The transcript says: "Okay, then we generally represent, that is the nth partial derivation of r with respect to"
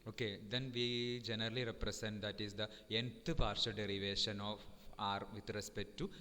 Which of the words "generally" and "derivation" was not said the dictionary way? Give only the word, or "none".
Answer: none